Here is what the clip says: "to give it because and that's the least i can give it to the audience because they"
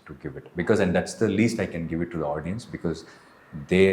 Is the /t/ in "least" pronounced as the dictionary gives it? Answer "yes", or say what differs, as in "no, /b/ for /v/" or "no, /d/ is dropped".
yes